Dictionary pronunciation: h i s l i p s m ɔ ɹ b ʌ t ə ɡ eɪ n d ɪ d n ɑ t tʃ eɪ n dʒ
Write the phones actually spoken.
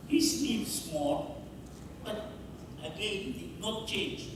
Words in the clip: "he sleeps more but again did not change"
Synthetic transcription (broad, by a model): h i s n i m s m ɔ l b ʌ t ə ɡ eɪ n d ɪ d n ɑ t tʃ eɪ n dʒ